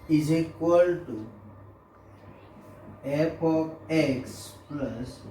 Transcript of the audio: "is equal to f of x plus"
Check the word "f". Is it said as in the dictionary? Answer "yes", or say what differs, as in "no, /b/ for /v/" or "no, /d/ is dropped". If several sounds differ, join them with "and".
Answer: no, /p/ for /f/